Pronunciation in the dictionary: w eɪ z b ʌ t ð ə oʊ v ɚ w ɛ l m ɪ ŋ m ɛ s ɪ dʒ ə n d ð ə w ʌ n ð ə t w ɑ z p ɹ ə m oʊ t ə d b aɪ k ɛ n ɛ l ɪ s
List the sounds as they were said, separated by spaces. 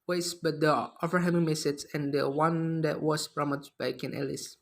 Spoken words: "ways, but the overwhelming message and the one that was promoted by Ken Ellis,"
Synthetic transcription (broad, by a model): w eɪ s b ʌ t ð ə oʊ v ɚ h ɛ m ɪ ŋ m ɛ s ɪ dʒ ə n d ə w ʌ n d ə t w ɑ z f ɹ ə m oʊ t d b aɪ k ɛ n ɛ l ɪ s